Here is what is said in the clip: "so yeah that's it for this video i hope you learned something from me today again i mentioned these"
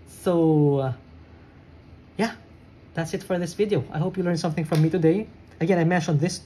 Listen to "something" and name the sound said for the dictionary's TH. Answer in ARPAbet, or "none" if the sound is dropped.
TH